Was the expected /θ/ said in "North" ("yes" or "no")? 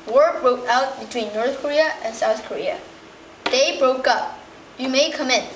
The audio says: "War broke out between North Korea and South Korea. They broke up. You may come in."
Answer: yes